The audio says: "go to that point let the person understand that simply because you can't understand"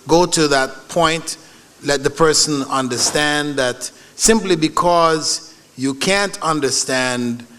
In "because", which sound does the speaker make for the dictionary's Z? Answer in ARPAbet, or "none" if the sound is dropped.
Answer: Z